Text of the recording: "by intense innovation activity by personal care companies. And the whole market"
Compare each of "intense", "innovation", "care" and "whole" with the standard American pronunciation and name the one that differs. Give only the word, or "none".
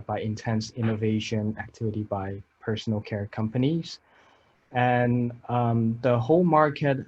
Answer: none